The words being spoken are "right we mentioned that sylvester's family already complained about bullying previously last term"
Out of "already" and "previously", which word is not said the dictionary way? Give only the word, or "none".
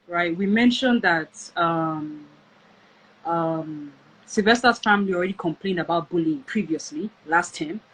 none